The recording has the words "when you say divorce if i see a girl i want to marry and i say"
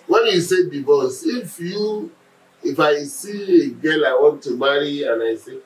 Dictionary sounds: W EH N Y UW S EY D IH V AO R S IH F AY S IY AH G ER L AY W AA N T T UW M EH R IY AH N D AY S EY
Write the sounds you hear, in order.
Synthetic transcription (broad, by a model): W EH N Y UW S EY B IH B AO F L IH F AY S IY AH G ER L AY W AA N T T UW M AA R IY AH N AY S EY